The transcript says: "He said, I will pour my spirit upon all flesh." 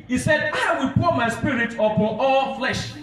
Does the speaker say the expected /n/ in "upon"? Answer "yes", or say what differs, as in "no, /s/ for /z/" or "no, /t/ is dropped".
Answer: no, /n/ is dropped